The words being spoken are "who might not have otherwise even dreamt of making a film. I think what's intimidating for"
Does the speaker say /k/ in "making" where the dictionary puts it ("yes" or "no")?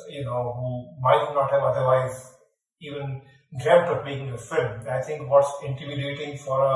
no